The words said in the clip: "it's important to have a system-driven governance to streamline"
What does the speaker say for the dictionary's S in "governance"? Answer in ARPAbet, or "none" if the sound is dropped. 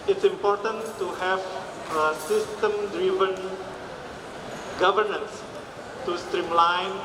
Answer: S